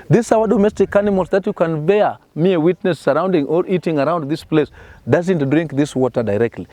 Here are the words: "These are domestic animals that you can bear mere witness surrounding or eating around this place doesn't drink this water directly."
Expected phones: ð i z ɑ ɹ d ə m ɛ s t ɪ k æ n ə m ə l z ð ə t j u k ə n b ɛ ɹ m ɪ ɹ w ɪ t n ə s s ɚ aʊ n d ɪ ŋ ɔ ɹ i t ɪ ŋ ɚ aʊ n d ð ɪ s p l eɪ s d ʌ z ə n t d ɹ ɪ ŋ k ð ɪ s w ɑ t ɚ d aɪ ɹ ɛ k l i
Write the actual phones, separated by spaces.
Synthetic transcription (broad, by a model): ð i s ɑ w d ə m ɛ s t ɪ k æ n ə m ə l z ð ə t j u k ə n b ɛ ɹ m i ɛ w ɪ t n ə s s ɚ aʊ n d ɪ ŋ ɔ ɹ i t ɪ ŋ ɚ aʊ n d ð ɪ s p l eɪ s d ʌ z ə n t d ɹ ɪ ŋ k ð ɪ s w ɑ t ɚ d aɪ ɹ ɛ k l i